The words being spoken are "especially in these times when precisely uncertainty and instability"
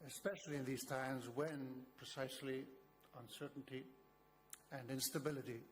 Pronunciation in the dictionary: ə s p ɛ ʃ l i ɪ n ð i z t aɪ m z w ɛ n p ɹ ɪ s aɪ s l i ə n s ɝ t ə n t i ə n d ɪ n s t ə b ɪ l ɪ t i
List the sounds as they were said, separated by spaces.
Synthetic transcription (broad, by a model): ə s p ɛ ʃ l i ɪ n ð i z t aɪ m z w ɛ n p ɹ ɪ s aɪ s l i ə n s ɝ t n t i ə n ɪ n s t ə b ɪ l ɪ t i